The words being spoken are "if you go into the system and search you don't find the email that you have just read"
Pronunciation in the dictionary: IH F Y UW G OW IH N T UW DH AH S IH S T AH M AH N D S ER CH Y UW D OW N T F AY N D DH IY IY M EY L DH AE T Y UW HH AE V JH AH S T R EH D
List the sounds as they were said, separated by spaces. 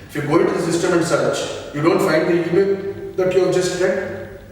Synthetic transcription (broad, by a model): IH F Y UW G OW IH N T UW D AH S IH S T AH M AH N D S ER CH Y UW D OW N T F AY N D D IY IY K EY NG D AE T Y UW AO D JH AH S T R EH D